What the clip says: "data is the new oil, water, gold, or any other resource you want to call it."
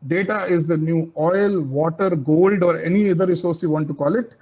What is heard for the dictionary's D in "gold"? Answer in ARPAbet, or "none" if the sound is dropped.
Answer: D